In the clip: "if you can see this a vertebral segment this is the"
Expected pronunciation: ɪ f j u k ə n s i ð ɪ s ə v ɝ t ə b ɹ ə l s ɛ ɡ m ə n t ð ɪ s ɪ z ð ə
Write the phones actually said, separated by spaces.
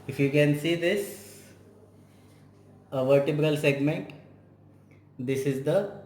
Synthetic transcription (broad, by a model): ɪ f j u k ə n s i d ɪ s ə v ɝ t ə b ɹ ə l s ɛ ɡ m ə n t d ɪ s ɪ z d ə